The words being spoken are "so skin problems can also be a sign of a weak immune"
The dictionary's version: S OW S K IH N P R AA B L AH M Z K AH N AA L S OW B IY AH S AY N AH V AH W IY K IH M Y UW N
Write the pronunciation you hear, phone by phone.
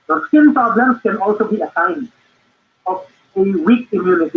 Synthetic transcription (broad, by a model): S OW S IH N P R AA B L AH M S K AH N AA L S OW B IY AH S AY N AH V AH W IY K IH M Y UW N